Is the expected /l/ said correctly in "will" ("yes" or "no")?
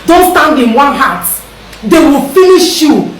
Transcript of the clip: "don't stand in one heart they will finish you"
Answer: yes